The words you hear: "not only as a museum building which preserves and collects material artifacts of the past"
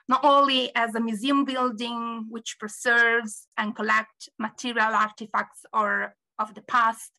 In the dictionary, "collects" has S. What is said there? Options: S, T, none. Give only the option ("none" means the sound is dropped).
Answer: none